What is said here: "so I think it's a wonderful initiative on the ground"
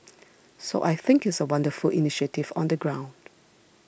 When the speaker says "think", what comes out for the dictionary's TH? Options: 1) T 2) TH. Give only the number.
2